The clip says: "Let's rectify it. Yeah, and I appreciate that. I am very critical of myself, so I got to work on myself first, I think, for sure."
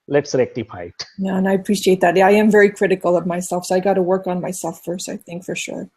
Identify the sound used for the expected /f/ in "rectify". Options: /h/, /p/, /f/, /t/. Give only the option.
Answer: /p/